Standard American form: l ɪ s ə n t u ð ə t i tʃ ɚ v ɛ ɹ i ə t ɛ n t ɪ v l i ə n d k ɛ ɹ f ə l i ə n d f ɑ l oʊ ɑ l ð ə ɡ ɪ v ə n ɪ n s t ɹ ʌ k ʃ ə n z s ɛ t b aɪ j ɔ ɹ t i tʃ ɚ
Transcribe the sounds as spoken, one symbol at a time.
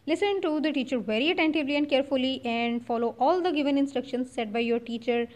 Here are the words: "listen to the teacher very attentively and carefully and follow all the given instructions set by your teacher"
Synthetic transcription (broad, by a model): l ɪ s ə n t u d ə t i tʃ ɚ v ɛ ɹ i ə t ɛ n t ɪ v l i ə n d k ɛ ɹ f ə l i ə n d f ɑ l oʊ ɑ l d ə ɡ ɪ v ə n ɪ n s t ɹ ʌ k ʃ ə n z s ɛ t b aɪ j ɔ ɹ t i tʃ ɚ